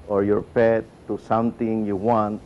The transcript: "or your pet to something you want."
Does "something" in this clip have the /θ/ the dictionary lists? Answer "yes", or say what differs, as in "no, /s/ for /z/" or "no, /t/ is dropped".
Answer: no, /t/ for /θ/